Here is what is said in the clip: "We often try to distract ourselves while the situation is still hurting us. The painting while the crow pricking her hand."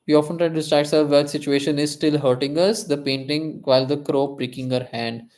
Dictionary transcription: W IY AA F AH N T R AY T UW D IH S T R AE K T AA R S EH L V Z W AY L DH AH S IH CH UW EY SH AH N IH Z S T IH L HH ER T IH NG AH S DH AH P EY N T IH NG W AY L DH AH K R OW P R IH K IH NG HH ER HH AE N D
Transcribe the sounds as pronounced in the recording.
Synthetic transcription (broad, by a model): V IY AA F AH N T R AY T UW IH S T R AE T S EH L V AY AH S IH CH UW EY SH AH N IH Z S T IH L HH ER T IH NG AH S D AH P EY N T IH NG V AY L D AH K R OW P R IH K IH NG HH ER HH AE N D